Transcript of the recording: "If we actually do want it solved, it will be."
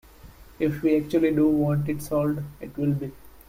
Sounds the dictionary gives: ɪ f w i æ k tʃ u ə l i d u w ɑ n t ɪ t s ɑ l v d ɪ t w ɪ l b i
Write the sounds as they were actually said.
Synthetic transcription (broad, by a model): ɪ f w i æ k tʃ u ə l i d u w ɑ n t ɪ t s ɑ l d ɪ t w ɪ l b i